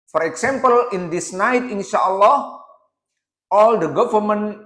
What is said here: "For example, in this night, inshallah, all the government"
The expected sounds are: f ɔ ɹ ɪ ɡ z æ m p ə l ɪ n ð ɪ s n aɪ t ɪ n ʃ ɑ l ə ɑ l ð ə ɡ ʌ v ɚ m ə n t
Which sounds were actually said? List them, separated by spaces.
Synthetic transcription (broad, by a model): f ɔ ɹ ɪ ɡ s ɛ m p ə l ɪ n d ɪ s n aɪ t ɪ n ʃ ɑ l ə ɑ l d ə ɡ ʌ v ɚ m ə n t